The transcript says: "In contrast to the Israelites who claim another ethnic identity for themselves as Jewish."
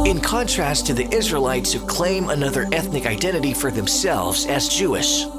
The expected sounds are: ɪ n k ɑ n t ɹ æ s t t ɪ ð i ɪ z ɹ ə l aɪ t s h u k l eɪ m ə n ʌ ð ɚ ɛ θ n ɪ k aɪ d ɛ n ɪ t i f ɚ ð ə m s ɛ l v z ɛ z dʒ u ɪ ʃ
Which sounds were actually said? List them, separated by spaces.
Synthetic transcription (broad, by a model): ɪ n k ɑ n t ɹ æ s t t ɪ ð i ɪ z ɹ ə l aɪ t s h u k l eɪ m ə n ʌ ð ɚ ɛ θ n ɪ k aɪ d ɛ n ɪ t i f ɚ ð ə m s ɛ l v z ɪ z dʒ u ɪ ʃ